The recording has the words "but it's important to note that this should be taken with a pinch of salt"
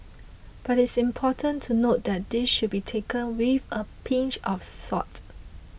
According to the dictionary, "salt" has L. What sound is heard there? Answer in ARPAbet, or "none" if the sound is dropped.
none